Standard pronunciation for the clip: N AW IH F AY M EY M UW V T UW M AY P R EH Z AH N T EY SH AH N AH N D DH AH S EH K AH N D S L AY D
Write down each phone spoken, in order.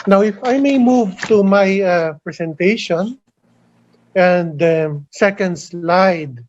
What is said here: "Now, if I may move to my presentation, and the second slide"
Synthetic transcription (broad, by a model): N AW IH F AY M EY M UW V T UW M AY P R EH S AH N T EY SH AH N AH N D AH S EH K AH N D S L AY D